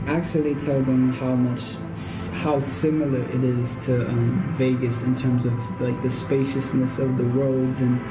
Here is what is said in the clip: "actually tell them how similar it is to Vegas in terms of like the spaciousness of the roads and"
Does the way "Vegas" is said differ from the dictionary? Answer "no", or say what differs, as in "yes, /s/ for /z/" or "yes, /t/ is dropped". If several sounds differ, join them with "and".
no